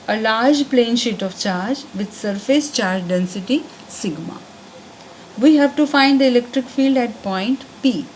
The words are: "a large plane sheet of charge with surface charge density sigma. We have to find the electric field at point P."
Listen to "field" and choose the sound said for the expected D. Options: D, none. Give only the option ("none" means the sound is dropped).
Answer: D